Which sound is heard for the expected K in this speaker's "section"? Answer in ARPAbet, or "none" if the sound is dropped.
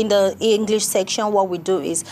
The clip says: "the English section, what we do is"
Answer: K